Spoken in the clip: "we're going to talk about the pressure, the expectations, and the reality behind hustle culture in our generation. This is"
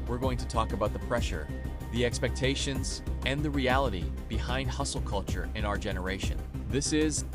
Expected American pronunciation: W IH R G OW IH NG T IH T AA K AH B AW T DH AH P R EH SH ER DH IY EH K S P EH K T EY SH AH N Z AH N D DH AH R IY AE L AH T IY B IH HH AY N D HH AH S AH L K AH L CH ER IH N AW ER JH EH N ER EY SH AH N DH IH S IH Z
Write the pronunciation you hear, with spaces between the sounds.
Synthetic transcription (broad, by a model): W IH R G OW IH NG T IH T AA K AH B AW T DH AH P R EH SH ER DH IY EH K S P EH K T EY SH AH N Z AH N DH AH R IY AE L AH T IY B IH HH AY N D HH AH S L K AH L CH ER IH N AW ER JH EH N ER EY SH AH N DH IH S IH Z